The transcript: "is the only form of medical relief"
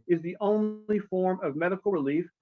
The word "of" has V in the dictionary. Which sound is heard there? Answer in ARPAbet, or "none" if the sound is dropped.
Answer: V